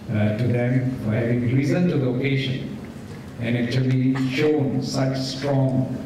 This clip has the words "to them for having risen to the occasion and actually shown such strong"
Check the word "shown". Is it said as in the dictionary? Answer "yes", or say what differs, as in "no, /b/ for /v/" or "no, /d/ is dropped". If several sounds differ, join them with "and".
yes